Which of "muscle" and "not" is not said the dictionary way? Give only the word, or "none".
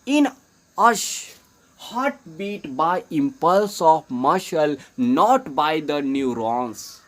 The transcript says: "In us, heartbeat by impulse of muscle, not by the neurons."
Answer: muscle